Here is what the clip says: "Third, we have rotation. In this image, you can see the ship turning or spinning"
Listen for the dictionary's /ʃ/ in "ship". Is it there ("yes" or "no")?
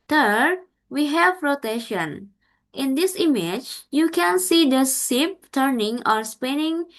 no